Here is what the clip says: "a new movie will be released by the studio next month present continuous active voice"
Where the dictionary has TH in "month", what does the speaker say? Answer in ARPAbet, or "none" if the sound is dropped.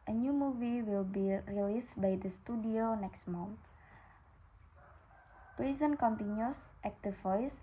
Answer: T